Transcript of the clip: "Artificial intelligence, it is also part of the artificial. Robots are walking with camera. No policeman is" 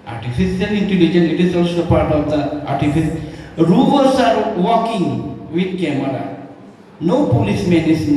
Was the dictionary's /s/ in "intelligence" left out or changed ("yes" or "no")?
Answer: yes